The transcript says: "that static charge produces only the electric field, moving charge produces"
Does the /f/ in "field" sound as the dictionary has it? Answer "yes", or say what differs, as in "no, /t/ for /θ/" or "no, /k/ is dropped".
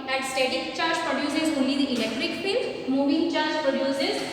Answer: no, /p/ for /f/